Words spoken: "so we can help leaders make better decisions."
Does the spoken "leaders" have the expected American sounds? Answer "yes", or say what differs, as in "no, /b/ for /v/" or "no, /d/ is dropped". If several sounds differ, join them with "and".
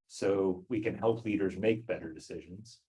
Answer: yes